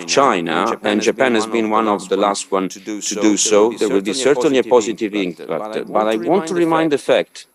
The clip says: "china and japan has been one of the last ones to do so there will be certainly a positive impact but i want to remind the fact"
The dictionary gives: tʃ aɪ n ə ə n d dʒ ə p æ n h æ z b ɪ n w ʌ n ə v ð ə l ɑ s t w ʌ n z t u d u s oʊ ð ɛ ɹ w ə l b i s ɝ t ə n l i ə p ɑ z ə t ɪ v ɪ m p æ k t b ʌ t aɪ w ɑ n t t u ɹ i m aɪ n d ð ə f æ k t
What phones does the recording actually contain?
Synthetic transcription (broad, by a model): tʃ aɪ n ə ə n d dʒ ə p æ n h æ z b ɪ n w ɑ n ə v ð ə l ɑ s t w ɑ n t u d u s oʊ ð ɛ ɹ w ə l b i s ɝ t ə n l i ə p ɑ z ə t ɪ v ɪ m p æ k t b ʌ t aɪ w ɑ n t t u ɹ i m aɪ n d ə f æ k t